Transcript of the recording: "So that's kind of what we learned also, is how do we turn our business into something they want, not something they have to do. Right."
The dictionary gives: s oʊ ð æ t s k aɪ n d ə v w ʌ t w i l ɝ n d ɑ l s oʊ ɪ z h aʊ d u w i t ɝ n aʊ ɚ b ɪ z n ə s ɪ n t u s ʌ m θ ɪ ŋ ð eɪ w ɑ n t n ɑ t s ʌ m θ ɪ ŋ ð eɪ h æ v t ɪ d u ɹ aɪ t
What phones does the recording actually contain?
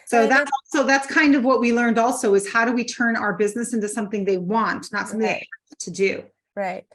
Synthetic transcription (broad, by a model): s oʊ ð æ t s k aɪ n d ə v w ʌ t w i l ɝ n d ɑ l s oʊ ɪ z h aʊ d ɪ w i t ɝ n aʊ ɚ b ɪ z n ə s ɪ n t u s ʌ m θ ɪ ŋ ð eɪ w ɑ n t n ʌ t s ʌ m θ ɪ ŋ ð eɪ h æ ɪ t ɪ d u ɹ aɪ t